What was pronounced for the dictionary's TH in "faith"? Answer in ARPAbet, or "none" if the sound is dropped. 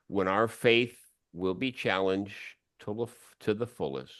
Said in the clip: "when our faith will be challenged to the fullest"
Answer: TH